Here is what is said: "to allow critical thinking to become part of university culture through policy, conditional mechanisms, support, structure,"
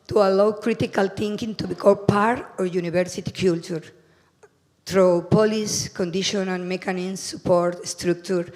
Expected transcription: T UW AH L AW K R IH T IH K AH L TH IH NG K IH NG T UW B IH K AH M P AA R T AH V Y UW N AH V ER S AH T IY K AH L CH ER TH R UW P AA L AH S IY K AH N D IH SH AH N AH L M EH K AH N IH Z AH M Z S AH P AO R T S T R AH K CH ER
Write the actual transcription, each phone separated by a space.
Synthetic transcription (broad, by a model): T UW AH L AW K R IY T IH K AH L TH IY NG K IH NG T UW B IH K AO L P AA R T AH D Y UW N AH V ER S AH T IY K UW L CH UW T R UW P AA L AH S K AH N D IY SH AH N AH N M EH K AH N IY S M S AH P AO R T S T R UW K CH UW